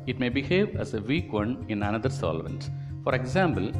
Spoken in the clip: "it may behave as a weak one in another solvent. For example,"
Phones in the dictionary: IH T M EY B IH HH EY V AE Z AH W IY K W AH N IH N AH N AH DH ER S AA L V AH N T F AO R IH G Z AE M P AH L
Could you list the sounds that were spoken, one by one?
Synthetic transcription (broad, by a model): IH T M EY B IH HH EY V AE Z AH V IY K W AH N IH N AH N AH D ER S AA L V AH N T F AO R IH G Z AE M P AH L